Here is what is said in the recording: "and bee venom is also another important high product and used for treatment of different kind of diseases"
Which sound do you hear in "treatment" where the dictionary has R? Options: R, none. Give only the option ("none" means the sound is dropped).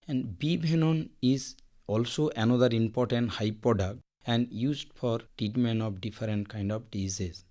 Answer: none